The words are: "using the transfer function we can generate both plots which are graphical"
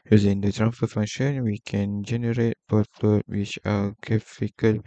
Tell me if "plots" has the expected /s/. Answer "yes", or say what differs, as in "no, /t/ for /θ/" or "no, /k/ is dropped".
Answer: no, /s/ is dropped